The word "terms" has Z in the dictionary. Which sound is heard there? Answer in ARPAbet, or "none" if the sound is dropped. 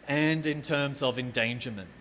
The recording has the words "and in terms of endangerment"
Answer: Z